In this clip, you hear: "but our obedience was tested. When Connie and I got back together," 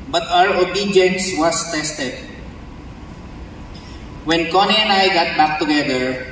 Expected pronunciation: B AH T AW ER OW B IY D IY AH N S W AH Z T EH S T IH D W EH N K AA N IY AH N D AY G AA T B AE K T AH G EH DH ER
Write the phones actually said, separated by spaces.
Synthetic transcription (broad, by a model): B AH T AW ER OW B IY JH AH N S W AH S T EH S T IH D W EH N K AA N IY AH N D AY G AA T B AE K T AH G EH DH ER